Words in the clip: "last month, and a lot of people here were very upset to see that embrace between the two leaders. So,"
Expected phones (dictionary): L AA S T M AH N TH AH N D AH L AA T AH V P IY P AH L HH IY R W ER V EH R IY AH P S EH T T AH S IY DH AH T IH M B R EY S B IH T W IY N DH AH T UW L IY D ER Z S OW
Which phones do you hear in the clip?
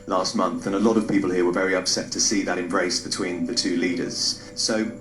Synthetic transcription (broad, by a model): L AA S T M AH N TH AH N AH L AA T AH V P IY P AH L HH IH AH W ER V EH R IY AH P S EH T T AH S IY DH AH T IH M B R EY S B IH T W IY N DH AH T UW L IY D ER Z S OW